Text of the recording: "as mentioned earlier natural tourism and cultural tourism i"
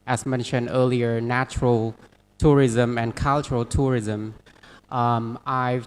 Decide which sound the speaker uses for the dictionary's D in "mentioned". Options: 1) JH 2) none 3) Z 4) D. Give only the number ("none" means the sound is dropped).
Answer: 4